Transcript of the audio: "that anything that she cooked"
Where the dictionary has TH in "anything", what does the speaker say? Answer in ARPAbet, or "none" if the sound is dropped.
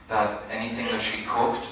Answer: TH